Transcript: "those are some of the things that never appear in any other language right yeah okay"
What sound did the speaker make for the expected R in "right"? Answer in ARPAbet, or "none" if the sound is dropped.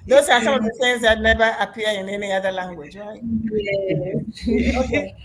W